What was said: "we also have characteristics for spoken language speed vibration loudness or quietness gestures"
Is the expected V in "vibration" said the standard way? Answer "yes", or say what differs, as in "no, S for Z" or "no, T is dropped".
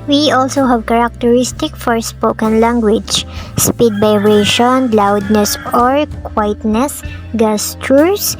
no, B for V